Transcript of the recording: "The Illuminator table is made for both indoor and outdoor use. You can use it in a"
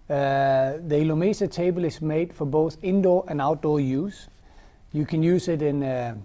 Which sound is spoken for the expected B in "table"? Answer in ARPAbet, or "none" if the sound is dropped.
B